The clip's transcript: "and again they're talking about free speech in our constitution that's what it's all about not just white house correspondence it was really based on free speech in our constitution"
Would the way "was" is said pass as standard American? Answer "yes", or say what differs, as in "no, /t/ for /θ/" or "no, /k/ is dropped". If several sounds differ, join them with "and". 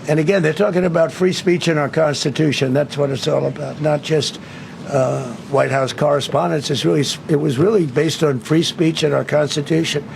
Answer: yes